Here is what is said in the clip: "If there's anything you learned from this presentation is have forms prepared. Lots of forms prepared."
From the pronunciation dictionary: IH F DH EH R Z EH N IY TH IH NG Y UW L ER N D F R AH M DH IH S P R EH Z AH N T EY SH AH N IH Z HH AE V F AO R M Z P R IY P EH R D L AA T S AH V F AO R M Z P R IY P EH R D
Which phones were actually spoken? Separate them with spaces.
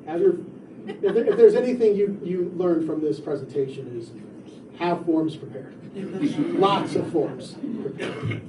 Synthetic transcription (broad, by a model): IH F DH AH R Z EH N IY TH IH NG Y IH L ER N F R AH M DH IH S P R EH Z AH N T EY SH AH N IH Z HH AE V F AO R M Z P R IY P EH R D L AA T S AH V F AO R M Z P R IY P EH R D